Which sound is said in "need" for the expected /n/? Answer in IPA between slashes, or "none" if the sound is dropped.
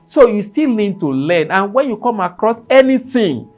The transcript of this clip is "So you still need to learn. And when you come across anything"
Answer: /l/